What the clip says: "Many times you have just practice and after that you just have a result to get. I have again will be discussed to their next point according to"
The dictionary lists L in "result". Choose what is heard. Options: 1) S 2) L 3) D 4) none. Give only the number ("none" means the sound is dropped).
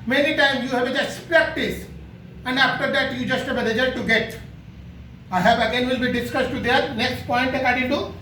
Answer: 4